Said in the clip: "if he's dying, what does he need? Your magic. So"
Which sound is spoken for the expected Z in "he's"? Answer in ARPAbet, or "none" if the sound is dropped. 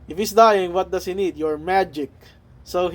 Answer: S